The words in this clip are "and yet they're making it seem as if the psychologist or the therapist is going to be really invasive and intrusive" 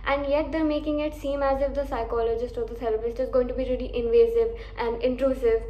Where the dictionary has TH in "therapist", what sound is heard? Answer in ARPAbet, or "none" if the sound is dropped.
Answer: T